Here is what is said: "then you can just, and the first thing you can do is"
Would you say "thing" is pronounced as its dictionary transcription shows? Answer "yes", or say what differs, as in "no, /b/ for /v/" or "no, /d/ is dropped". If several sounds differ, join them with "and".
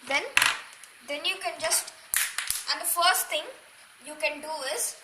no, /t/ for /θ/